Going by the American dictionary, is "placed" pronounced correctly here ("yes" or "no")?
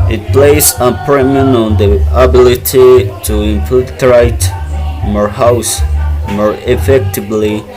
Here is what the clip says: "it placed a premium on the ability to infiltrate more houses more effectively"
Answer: no